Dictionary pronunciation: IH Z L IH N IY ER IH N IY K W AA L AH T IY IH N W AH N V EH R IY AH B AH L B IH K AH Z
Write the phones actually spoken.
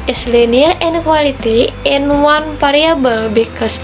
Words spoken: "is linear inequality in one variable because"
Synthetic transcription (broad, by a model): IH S L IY N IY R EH N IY K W AA L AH T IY IH N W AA N P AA R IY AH B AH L B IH K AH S